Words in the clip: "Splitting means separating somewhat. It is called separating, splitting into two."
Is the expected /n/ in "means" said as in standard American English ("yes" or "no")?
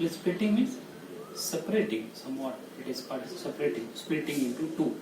no